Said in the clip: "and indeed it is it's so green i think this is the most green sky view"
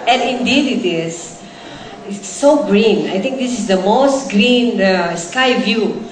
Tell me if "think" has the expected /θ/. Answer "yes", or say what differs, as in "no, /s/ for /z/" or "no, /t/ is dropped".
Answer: no, /t/ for /θ/